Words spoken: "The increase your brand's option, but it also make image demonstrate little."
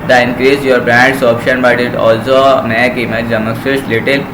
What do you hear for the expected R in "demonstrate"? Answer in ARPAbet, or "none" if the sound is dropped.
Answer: none